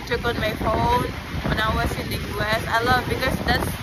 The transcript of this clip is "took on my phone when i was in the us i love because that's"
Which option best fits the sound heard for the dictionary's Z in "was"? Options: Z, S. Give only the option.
S